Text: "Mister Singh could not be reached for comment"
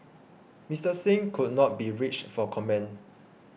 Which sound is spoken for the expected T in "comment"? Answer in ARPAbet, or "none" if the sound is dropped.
none